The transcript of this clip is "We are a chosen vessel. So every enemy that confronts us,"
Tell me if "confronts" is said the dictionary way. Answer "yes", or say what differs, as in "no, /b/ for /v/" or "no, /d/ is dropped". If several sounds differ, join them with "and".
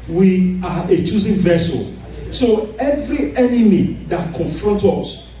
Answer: no, /s/ is dropped